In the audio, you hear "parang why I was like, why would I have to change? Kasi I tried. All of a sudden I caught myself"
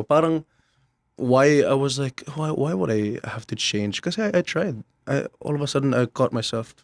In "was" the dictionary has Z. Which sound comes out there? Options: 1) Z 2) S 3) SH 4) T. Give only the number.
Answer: 1